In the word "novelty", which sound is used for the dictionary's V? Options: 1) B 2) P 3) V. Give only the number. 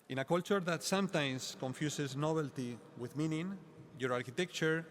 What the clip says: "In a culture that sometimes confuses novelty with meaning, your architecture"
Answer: 1